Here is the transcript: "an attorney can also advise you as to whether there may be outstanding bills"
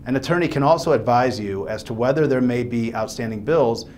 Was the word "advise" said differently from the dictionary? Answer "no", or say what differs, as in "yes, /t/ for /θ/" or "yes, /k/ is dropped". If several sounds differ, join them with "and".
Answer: no